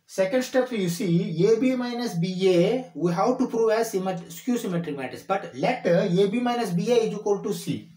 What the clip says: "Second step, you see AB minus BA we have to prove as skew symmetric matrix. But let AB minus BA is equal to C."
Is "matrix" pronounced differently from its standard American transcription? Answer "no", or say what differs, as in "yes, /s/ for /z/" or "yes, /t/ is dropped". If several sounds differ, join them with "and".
yes, /ɹ/ is dropped and /k/ is dropped